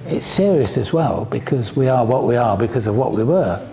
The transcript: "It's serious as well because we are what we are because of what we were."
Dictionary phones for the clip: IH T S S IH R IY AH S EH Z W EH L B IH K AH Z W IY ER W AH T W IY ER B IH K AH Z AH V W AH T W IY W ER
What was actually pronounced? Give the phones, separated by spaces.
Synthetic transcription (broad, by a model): IH T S S IH R IY AH S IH Z W EH L B IH K AH Z W IY ER W AH T W IY ER B IH K AH Z AH V W AH T W IY W ER